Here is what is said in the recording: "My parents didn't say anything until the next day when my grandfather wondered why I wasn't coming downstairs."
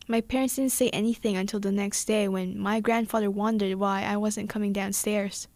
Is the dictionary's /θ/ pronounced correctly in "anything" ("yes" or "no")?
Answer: yes